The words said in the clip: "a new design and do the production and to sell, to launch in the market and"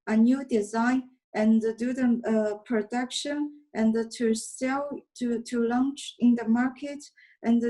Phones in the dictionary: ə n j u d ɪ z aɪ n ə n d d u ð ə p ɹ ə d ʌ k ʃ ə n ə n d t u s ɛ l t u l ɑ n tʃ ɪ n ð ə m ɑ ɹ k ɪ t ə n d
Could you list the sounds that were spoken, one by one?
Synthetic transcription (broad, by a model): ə n j u d ɪ z aɪ n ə n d d u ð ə p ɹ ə d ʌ k ʃ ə n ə n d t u s ɛ l t u l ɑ n tʃ ɪ n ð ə m ɑ ɹ k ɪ t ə n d